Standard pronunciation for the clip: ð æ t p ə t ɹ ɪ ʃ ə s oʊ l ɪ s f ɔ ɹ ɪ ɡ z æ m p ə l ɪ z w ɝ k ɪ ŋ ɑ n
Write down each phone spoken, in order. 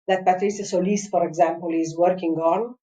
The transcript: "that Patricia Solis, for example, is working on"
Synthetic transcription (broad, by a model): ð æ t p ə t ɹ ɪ s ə s oʊ l ɪ s f ɔ ɹ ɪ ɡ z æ m p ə l ɪ z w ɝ k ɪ ŋ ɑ n